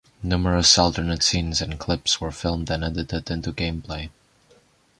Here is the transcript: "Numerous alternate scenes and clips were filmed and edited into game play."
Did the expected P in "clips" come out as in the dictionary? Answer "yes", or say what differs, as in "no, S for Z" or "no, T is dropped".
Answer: yes